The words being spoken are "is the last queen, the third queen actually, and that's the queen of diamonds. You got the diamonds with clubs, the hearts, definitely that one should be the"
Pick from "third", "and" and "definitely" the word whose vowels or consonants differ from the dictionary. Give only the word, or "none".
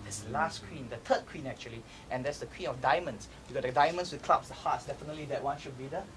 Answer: third